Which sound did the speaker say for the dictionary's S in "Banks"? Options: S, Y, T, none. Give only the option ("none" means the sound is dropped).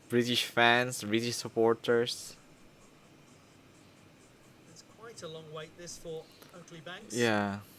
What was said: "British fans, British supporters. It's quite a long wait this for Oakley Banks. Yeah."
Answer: none